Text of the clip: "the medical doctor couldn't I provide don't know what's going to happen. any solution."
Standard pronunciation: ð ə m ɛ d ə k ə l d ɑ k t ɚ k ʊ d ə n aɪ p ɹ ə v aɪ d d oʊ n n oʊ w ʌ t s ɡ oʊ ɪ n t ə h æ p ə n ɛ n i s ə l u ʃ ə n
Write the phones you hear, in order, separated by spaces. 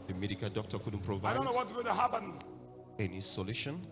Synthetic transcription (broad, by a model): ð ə m ɛ d ə k ə l d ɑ k t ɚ k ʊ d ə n p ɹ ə v aɪ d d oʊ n n oʊ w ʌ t ɡ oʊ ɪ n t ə h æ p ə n ɛ n i s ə l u ʃ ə n